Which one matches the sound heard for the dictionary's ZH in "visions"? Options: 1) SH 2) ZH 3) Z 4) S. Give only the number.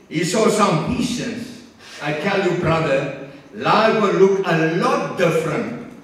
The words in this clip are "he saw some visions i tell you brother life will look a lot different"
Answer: 1